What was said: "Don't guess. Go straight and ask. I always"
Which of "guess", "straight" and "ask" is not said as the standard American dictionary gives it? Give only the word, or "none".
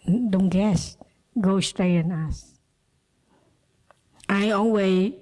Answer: ask